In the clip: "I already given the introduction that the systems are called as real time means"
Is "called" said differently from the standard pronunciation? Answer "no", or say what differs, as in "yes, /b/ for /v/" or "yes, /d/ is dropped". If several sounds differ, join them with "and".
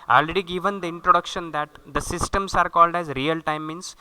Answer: no